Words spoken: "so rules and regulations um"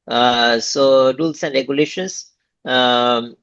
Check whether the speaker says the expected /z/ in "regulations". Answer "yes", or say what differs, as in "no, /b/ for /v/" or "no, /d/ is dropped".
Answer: no, /s/ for /z/